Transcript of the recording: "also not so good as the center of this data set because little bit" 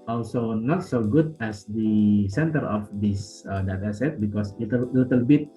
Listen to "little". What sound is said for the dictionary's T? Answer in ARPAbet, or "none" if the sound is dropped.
T